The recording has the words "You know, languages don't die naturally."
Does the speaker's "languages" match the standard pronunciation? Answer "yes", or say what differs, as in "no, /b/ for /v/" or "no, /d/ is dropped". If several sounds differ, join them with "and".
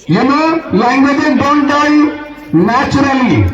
no, /z/ is dropped